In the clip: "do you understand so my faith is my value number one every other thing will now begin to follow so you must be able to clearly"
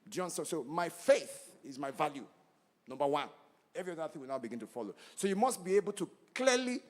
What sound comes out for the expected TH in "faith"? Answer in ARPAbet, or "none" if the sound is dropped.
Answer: TH